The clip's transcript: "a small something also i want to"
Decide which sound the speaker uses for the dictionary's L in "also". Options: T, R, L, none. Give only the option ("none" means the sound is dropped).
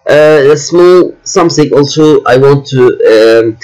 L